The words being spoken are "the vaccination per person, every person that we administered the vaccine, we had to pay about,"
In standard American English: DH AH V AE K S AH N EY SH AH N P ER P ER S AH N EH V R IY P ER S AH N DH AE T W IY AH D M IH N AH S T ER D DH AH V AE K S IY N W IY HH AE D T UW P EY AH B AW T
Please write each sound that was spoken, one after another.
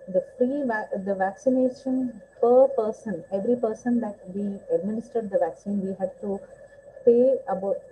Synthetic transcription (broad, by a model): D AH V AE K S AH N EY SH AH N P ER P ER S AH N EH V R IY P ER S AH N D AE T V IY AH D M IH N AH S T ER D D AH V AE K S IY N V IY HH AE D T UW P EY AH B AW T